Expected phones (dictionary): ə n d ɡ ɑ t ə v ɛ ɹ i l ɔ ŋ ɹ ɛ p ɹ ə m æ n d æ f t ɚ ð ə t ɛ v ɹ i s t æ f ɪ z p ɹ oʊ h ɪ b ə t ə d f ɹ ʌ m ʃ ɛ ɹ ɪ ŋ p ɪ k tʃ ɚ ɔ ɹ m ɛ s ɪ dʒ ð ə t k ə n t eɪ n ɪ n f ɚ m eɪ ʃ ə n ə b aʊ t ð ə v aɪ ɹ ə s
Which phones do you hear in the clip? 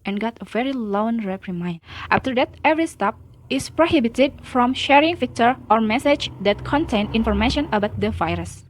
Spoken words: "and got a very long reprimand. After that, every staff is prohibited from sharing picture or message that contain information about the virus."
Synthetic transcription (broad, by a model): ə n ɡ ɑ t ə v ɛ ɹ i l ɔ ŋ ɹ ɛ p ɹ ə m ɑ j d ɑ f t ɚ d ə t ɛ v ɹ i s t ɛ p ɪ s p ɹ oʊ h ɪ b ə t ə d f ɹ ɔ m ʃ ɛ ɹ ɪ ŋ f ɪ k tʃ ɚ ɔ ɹ m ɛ s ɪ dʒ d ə t k ə n t eɪ n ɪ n f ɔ m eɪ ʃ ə n ə b aʊ t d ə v aɪ ɹ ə s